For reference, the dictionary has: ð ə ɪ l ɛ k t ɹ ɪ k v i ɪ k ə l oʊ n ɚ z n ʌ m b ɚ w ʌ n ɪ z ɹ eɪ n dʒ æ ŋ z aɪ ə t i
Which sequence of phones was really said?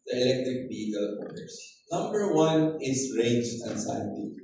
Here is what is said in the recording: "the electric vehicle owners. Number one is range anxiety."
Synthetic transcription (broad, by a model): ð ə ɪ l ɛ k t ɹ ɪ k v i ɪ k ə l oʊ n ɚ s n ʌ m b ɚ w ʌ n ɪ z ɹ eɪ n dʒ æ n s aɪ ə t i